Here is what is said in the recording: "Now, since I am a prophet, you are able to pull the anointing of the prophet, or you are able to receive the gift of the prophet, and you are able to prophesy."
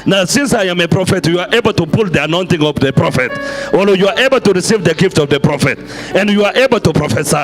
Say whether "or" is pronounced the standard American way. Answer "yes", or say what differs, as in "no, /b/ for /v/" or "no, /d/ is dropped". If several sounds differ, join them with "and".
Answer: no, /l/ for /ɹ/